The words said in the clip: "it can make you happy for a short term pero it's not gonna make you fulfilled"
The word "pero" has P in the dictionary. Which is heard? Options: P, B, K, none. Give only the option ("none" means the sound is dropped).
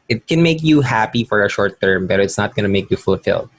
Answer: B